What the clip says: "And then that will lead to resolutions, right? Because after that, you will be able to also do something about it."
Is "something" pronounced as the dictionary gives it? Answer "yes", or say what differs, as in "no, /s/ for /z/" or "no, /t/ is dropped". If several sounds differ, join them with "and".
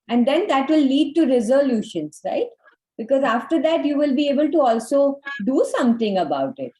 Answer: no, /t/ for /θ/